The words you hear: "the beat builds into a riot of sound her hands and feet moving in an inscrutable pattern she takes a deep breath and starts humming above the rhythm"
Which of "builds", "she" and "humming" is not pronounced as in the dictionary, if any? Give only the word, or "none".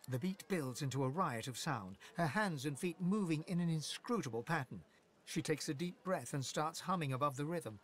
none